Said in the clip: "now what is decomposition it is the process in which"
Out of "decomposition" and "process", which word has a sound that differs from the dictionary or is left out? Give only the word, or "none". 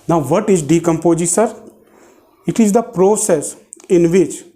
decomposition